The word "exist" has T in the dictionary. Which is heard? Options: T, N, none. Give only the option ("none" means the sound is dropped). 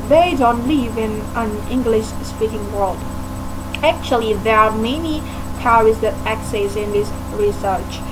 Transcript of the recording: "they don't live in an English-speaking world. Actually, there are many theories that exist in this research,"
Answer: none